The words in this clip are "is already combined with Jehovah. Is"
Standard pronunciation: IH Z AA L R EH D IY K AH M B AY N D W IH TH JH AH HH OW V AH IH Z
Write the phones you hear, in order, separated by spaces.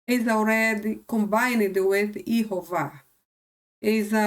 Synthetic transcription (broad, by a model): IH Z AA W R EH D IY K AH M B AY N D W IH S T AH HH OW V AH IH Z